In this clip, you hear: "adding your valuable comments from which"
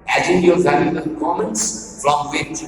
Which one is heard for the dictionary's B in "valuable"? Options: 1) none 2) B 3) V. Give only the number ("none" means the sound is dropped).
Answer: 1